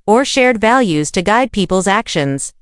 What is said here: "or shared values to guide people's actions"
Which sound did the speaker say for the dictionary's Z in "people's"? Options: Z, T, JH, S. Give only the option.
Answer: Z